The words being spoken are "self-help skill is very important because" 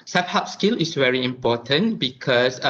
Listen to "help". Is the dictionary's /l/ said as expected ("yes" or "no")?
no